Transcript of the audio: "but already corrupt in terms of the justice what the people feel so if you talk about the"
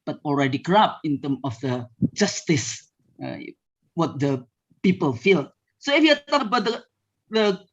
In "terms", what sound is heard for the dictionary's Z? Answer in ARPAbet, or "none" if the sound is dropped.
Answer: none